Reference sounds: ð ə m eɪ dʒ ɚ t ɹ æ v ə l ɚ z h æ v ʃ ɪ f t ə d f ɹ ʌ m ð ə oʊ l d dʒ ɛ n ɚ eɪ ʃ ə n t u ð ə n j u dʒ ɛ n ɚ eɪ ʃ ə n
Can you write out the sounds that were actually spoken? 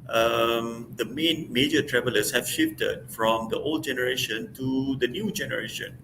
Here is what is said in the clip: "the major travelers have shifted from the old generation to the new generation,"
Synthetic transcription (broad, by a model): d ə m eɪ dʒ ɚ t ɹ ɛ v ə l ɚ s h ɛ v ʃ ɪ f t ə d f ɹ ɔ m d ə oʊ l d dʒ ɛ n ɚ eɪ ʃ ə n t u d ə n j u dʒ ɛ n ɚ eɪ ʃ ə n